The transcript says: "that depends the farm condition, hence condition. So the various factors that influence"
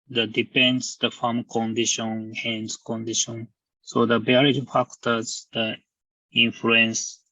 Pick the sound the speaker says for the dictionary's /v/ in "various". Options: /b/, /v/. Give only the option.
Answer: /b/